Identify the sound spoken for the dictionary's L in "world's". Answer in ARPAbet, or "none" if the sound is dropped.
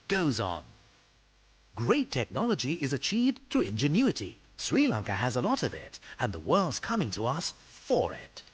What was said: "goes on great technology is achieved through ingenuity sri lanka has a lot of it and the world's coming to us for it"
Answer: L